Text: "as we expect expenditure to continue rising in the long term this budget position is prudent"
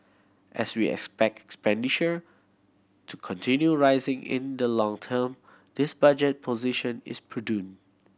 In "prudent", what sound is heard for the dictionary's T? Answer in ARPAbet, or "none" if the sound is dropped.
none